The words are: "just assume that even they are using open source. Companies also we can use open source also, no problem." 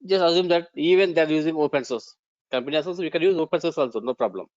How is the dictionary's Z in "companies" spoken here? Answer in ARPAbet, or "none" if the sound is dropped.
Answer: none